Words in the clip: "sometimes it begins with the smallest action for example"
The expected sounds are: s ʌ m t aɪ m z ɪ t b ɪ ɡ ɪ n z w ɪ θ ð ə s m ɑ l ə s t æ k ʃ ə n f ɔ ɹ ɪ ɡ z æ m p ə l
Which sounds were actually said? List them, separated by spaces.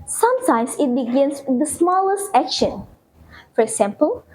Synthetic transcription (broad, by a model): s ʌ m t aɪ m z ɪ t b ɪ ɡ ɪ n s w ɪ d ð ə s m ɑ l ə s t æ k ʃ ə n f ɔ ɹ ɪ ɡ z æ m p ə l